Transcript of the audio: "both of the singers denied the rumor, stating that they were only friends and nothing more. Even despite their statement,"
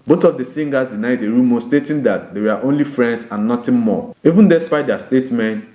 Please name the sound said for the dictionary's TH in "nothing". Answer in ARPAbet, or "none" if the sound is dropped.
T